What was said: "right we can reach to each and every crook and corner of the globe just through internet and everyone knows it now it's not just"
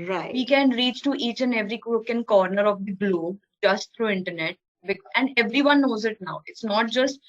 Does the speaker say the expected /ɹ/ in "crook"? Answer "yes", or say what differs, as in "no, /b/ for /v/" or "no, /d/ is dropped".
no, /w/ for /ɹ/